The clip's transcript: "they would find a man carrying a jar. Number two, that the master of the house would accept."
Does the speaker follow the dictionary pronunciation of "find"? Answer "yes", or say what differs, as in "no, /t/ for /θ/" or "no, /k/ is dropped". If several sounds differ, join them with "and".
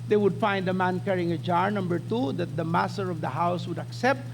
yes